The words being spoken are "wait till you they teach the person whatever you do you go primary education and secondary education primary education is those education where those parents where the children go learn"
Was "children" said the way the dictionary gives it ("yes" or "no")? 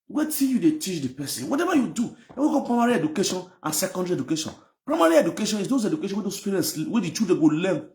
no